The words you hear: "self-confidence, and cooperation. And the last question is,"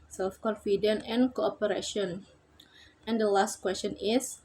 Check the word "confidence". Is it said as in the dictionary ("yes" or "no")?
no